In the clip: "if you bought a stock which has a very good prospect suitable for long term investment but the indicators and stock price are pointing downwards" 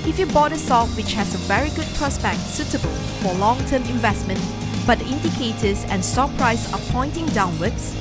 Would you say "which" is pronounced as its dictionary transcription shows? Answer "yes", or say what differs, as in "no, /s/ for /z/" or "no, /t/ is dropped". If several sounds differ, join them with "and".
yes